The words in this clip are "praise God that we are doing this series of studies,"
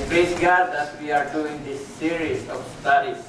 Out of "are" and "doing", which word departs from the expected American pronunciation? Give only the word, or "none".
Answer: none